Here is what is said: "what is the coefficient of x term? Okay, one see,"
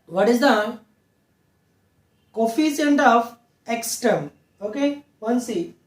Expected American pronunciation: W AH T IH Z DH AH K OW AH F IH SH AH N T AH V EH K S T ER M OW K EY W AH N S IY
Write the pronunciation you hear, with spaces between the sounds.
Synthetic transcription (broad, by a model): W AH T IH Z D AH K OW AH F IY S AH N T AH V EH K S T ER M OW K EY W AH N S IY